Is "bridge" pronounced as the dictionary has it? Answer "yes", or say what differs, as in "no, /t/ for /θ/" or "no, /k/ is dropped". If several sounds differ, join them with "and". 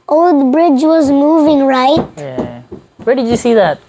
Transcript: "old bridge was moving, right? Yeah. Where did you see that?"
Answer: yes